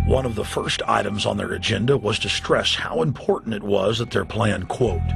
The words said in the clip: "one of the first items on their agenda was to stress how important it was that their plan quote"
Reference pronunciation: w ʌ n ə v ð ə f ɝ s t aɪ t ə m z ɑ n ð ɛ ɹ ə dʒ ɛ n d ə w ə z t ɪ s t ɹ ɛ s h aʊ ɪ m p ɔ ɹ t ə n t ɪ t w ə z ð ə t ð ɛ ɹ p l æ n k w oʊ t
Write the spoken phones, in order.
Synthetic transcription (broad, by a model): w ʌ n ə v ð ə f ɝ s t aɪ t ə m z n ð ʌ ɹ ə dʒ ɛ n d ə w ə z t ɪ s t ɹ ɛ s h aʊ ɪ m p ɔ ɹ t n t ɪ t w ə z ð ə t ð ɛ ɹ p l æ n k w oʊ t